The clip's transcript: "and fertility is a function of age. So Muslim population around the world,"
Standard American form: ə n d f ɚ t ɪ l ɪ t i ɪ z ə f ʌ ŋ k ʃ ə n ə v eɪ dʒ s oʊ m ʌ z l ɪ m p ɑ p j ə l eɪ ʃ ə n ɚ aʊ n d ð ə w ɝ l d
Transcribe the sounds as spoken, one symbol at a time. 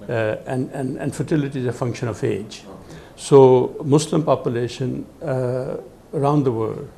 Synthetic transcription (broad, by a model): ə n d f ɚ t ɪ l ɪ t i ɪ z ə f ʌ ŋ k ʃ ə n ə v eɪ dʒ s oʊ m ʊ s l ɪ m p ɑ p j ə l eɪ ʃ ə n ɚ aʊ n d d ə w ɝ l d